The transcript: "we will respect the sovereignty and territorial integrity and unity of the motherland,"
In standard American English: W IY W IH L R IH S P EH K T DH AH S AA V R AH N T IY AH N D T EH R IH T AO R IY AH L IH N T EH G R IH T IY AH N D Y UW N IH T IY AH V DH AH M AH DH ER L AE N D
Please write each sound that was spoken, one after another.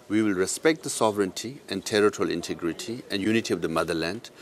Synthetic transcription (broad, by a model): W IY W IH L R IH S P EH K T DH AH S AA V R AH N T IY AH N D T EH R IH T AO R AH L IH N T EH G R IH T IY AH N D Y UW N IH T IY AH V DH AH M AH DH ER L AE N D